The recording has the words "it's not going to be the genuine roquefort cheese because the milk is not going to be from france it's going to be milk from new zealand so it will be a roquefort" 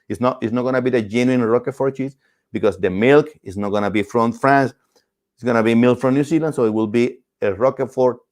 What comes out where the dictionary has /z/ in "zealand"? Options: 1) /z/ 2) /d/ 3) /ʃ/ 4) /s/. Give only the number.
4